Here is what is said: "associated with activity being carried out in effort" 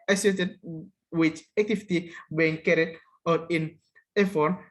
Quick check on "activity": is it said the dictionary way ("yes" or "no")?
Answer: no